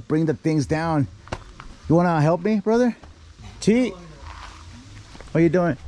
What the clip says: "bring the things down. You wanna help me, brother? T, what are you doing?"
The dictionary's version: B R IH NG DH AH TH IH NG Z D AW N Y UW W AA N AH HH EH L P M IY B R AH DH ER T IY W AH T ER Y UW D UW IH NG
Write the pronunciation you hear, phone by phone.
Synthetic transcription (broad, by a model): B R IH NG DH AH TH IH NG Z D AW N Y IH W AA N AH HH EH L P M IY B R AH DH ER T IY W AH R Y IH D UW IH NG